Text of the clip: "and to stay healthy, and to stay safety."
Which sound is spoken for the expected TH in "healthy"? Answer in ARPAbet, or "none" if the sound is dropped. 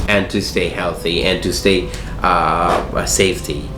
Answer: TH